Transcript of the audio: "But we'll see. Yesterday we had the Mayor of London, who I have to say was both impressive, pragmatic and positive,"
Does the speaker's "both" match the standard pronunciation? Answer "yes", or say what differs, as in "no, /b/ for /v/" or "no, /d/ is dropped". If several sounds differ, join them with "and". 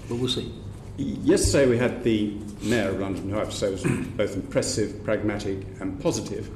yes